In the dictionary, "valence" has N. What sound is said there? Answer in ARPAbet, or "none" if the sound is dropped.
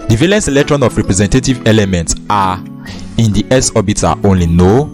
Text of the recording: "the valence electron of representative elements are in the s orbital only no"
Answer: N